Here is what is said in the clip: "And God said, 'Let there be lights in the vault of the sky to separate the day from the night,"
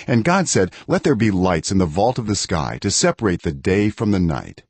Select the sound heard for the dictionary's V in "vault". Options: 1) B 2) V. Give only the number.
2